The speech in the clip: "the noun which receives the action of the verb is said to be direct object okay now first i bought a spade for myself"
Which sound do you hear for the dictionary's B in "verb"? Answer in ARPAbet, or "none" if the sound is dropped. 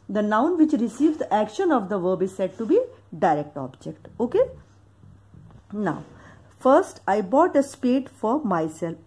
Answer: B